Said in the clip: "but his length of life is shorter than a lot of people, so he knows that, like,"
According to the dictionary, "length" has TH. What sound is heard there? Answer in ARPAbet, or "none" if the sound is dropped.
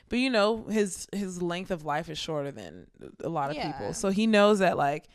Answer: TH